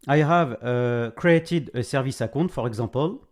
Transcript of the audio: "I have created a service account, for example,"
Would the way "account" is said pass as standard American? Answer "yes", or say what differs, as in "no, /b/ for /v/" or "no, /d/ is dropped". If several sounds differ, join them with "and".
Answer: no, /n/ is dropped